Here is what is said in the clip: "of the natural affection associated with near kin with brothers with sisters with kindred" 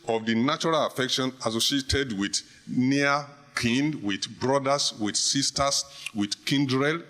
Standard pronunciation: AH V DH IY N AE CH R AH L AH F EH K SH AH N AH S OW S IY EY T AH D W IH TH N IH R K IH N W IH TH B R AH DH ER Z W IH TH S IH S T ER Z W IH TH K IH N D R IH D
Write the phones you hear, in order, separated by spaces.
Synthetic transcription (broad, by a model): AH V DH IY N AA CH R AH L AH F EH K SH AH N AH S OW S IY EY T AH D W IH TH N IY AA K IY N W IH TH B R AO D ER S W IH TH S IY S T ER S W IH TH K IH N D R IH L